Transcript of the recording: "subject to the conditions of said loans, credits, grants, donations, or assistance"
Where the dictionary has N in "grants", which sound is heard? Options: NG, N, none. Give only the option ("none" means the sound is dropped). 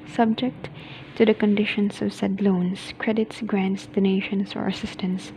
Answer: N